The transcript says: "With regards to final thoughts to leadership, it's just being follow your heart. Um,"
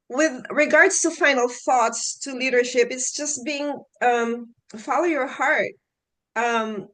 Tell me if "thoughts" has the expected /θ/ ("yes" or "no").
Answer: yes